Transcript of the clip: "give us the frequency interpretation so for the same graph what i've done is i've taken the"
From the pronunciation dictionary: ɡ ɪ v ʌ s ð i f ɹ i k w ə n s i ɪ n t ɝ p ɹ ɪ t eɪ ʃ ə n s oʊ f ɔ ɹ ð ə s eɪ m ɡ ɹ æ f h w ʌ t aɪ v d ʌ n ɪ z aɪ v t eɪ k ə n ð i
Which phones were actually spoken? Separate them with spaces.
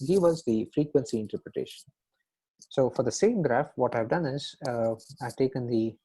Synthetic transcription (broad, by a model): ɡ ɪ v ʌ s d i f ɹ i k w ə n s i ɪ n t ɝ p ɹ ɪ t eɪ ʃ ə n s oʊ f ɔ ɹ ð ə s eɪ m ɡ ɹ æ f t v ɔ t aɪ v d ʌ n ɪ z aɪ v t eɪ k ə n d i